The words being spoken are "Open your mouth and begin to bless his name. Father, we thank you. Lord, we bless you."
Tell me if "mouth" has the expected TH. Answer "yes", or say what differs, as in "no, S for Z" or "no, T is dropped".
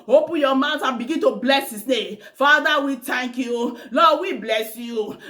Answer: no, T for TH